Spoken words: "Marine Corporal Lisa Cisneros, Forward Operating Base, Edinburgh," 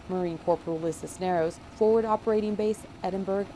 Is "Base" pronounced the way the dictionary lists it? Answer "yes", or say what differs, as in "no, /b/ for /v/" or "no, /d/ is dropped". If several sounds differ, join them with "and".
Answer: yes